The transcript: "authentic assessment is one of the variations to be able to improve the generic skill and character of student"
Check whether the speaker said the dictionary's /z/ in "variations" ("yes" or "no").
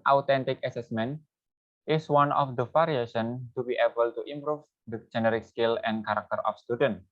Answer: no